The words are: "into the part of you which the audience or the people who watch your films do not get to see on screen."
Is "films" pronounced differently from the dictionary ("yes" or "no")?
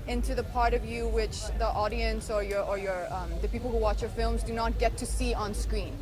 no